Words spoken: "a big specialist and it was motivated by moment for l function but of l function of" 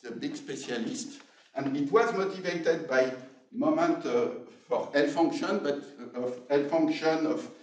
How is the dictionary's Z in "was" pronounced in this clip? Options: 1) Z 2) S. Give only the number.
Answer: 1